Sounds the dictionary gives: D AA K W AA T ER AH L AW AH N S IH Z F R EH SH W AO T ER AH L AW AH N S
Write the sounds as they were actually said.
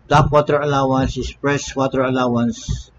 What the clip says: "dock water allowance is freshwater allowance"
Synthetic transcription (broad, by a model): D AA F W AA T ER AH L AW AH N S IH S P R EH S W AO T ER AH L AW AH N S